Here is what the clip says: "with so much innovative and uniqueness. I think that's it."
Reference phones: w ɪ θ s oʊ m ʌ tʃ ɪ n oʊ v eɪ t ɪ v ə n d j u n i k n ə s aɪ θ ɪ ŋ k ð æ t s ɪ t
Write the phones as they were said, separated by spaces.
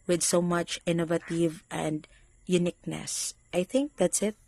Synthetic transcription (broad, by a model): w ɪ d s oʊ m ʌ tʃ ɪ n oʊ v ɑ t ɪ v ə n d j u n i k n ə s aɪ θ ɪ ŋ k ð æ t s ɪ t